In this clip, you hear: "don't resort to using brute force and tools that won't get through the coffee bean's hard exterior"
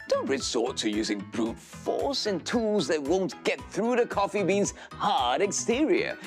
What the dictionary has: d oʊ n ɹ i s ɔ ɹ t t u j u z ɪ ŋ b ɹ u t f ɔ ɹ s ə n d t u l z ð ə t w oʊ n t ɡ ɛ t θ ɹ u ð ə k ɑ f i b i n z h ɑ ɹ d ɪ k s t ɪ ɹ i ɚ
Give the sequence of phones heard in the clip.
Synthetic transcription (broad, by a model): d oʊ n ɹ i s ɔ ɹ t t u j u z ɪ ŋ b ɹ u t f ɔ ɹ s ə n t u l z ð ə t w oʊ n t ɡ ɛ t θ ɹ u ð ə k ɑ f i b i n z h ɑ ɹ d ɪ k s t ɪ ɹ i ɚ